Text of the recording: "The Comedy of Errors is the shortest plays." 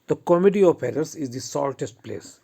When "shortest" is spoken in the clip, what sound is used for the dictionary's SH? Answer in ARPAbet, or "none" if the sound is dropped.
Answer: S